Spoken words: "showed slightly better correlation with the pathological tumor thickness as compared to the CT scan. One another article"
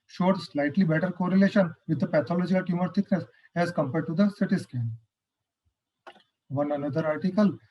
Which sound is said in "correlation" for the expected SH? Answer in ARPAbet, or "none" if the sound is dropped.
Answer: SH